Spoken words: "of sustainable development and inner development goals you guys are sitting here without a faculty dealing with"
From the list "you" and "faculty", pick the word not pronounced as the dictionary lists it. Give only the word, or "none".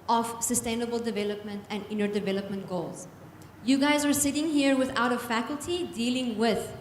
none